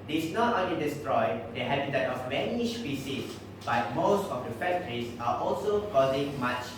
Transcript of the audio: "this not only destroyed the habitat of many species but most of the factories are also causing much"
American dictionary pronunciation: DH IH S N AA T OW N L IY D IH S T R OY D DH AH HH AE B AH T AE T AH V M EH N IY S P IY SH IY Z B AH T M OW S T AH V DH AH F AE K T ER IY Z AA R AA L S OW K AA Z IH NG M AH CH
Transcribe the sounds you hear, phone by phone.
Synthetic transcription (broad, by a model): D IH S N AA T OW N L IY D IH S T R OY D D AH HH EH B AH T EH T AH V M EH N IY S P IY S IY S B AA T M OW S T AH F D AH F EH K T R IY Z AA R AA L S OW K AA Z IH NG M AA CH